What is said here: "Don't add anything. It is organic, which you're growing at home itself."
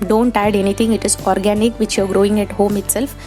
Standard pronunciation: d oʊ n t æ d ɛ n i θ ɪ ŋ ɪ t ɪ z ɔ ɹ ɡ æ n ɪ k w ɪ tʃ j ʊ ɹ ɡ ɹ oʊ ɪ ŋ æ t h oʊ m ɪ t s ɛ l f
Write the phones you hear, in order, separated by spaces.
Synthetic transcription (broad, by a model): d oʊ n t æ d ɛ n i t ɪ ŋ ɪ t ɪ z ɔ ɹ ɡ æ n ɪ k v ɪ tʃ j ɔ ɹ ɡ ɹ oʊ ɪ ŋ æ t h oʊ m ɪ t s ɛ l f